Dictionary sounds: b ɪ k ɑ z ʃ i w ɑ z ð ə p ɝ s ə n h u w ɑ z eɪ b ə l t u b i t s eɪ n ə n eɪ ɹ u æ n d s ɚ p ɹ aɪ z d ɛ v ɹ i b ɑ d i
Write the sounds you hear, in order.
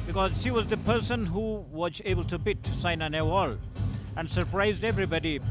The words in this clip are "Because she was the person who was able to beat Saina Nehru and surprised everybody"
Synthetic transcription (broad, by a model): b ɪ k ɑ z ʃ i w ɑ z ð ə p ɝ s ə n h u w ɑ z eɪ b ə l t u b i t s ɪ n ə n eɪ w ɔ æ n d s ɚ p ɹ aɪ z d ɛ v ɹ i b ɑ d i